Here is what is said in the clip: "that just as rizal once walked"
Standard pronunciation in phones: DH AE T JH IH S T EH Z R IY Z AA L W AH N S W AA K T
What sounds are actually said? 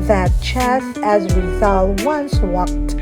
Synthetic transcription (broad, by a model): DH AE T CH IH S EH Z W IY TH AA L W AH N S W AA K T